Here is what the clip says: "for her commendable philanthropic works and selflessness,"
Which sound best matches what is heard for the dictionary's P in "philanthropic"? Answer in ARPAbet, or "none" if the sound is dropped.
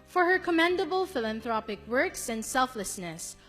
P